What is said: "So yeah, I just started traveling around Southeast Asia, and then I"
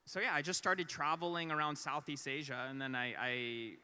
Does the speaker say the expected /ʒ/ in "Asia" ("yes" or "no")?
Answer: yes